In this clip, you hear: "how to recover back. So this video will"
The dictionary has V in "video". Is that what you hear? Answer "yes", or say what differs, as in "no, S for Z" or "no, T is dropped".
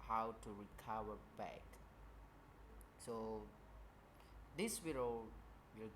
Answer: no, W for V